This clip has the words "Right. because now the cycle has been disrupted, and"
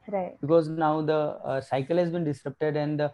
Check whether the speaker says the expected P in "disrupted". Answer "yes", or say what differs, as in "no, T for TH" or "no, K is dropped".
yes